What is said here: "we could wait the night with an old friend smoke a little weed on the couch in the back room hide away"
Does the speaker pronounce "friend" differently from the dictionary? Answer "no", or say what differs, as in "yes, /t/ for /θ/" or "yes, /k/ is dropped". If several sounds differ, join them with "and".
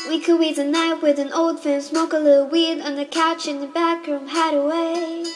yes, /ɹ/ is dropped